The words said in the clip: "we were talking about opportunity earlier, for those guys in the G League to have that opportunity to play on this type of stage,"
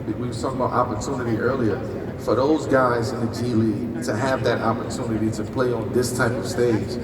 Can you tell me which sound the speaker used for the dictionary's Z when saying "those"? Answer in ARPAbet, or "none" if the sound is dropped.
Z